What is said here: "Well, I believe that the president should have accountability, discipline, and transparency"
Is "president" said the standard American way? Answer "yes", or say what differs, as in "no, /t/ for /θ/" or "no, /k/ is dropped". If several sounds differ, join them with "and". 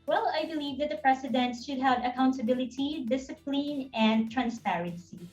no, /s/ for /z/